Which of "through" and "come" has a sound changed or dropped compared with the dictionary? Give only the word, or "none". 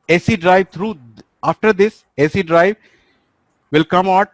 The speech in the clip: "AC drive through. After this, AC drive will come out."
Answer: through